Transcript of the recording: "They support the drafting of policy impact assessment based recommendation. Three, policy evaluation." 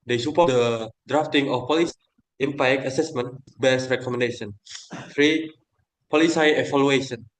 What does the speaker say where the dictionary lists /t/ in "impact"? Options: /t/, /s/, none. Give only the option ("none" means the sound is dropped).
none